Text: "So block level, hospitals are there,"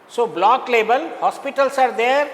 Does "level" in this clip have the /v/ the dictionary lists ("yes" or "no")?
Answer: no